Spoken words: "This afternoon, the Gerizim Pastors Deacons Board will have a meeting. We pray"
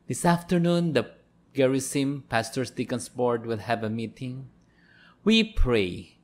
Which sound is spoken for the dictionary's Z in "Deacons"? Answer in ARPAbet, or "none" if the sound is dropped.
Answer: S